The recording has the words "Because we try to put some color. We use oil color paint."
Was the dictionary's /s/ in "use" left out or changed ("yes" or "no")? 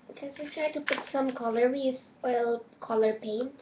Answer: yes